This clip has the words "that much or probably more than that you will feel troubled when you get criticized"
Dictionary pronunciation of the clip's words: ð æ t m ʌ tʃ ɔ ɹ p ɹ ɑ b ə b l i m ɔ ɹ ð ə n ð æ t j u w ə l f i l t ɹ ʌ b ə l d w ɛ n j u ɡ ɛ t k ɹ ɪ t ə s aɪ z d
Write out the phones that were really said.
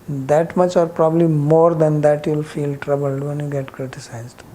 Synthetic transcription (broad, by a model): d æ t m ʌ tʃ ɔ ɹ p ɹ ɑ b ə b l i m ɔ ɹ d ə n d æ t j u l f i l t ɹ ʌ b ə l d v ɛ n j u ɡ ɛ t k ɹ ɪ t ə s aɪ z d